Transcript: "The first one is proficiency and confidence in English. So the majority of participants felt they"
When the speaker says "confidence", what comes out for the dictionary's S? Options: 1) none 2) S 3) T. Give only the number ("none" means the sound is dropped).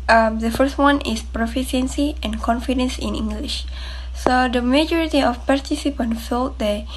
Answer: 2